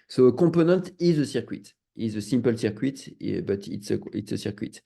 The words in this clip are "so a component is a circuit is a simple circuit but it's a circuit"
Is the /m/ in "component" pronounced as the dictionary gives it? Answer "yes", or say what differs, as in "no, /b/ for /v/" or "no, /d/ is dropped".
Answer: no, /m/ is dropped